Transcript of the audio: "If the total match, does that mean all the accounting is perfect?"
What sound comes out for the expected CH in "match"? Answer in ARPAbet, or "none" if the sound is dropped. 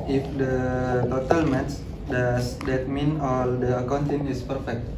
S